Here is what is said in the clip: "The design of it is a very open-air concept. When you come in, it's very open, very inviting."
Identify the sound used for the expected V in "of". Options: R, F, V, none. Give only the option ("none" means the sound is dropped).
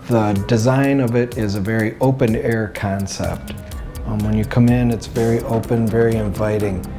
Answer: V